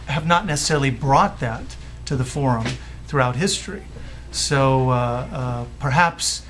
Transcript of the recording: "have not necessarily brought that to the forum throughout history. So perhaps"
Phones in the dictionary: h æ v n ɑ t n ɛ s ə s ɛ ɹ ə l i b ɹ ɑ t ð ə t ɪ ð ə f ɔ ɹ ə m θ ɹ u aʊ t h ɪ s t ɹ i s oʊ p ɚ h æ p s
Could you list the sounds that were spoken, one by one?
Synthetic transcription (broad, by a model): h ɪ v n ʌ t n ɛ s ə s ɛ ɹ l i b ɹ ɑ t ð ə t ɪ ð ə f ɔ ɹ ə m θ ɹ u aʊ t h ɪ s t ɹ i s oʊ p ɚ h æ p s